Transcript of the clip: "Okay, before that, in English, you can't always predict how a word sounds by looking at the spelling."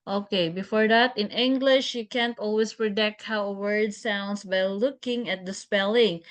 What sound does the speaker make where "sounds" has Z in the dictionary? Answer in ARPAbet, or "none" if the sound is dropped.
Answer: S